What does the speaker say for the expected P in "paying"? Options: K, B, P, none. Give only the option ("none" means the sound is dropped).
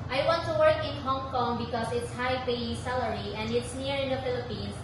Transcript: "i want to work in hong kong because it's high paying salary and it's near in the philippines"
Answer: B